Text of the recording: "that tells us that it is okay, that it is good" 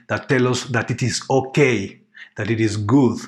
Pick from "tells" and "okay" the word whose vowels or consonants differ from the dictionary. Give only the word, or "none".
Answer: tells